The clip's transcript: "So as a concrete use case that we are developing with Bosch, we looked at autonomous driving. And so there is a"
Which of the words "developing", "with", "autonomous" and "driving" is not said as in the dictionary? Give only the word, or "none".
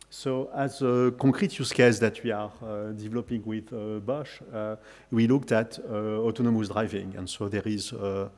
none